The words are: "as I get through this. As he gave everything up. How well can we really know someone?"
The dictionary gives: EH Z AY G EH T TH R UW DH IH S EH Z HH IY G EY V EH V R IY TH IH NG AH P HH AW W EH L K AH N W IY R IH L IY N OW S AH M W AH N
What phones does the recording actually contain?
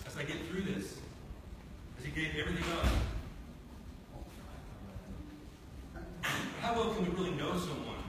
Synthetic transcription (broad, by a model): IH Z AY G EH T TH R UW DH IH S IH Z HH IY G EY V EH V R IY TH IH NG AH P HH AW W EH L K AH N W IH R IH L IY N OW S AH M W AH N